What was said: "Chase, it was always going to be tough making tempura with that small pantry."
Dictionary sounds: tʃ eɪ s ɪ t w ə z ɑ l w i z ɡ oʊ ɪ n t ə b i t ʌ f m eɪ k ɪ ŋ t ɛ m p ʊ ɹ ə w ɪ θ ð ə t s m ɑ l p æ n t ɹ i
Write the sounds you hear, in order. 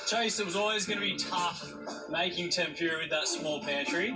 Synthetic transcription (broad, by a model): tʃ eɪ s ɪ t w ə z ɑ l w i z ɡ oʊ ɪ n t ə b i t ʌ f m eɪ k ɪ ŋ t ɛ m p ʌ ɹ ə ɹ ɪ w ð ə t s m ɑ l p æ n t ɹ i